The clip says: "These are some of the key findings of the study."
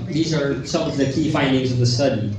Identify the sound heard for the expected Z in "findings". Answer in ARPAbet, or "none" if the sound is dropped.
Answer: Z